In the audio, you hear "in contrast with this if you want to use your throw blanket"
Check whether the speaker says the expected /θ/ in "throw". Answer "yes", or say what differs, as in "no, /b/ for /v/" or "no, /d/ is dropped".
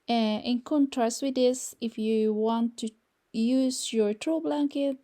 no, /t/ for /θ/